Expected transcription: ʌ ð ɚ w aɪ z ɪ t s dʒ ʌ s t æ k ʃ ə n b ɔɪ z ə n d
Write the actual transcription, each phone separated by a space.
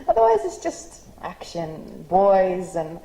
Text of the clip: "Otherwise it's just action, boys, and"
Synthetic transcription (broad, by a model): ʌ ð ɚ w aɪ z ɪ t s dʒ ʌ s t æ k ʃ ə n b ɔɪ z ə n